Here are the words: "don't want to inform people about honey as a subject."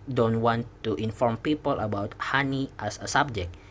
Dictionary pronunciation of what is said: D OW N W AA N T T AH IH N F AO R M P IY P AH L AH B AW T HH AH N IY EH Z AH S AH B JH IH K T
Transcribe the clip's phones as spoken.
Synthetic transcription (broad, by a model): D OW N W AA N T T AH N F AO R M P IY P AH L AH B AW T HH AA N IY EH S AH S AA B JH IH K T